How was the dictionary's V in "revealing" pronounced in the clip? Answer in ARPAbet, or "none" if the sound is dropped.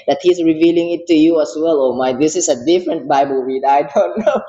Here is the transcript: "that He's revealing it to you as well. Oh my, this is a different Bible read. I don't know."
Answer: V